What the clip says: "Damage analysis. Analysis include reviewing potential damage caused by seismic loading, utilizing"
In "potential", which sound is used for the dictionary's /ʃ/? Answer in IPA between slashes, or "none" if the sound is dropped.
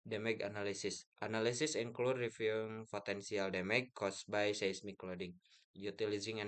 /s/